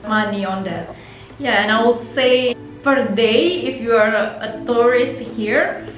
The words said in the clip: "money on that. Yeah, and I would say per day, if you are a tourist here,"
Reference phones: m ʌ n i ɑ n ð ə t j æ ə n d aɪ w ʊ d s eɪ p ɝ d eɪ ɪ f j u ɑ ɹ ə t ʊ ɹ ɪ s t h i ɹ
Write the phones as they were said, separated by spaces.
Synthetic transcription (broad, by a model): m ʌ n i ɑ n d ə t j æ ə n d aɪ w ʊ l s eɪ f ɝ d eɪ ɪ f j u ɑ ɹ ə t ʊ ɹ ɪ s t h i ɹ